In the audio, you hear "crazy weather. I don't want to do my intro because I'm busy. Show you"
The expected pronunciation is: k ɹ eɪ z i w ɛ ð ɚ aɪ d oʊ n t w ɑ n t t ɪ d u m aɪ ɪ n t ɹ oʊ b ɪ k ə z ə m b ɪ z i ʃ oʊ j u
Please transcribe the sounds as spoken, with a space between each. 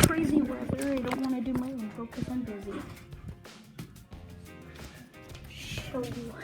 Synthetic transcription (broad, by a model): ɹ eɪ z i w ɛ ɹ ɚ aɪ d oʊ n t w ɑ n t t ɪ d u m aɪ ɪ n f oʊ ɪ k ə s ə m b ɪ z i ʃ oʊ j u